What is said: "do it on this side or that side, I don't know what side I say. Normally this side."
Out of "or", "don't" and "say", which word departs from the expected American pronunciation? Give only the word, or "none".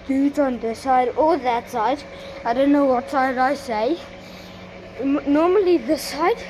or